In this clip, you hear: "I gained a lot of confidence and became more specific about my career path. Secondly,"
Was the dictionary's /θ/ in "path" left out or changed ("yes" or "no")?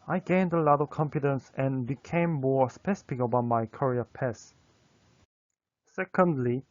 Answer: yes